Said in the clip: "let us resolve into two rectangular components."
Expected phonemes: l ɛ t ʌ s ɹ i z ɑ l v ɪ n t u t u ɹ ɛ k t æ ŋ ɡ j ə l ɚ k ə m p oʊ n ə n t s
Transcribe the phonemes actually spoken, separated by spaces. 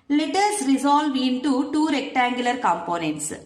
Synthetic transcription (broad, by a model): l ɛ t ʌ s ɹ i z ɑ l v ɪ n t u t u ɹ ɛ k t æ ŋ ɡ j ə l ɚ k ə m p oʊ n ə n t s